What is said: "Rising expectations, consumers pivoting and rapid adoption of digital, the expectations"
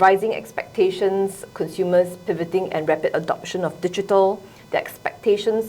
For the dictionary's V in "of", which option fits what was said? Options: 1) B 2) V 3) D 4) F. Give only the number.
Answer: 4